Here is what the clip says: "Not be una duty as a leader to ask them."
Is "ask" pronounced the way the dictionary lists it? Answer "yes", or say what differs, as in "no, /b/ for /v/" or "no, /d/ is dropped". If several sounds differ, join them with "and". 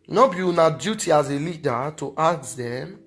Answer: no, /s/ is dropped